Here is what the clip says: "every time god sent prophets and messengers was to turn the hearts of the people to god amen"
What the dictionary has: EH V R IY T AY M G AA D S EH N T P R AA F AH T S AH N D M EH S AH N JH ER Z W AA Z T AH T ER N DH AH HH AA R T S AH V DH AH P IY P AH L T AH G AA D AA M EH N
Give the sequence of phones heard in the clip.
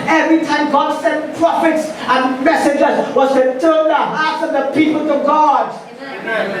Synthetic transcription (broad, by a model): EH V R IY T AY M G AA D S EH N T P R AA F AH T S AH N M EH S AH JH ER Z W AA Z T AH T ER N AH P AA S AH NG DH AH P IY P AH L T AH G AA D